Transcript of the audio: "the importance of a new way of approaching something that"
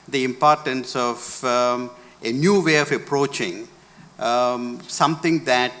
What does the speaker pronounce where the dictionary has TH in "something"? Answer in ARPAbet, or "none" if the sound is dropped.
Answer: T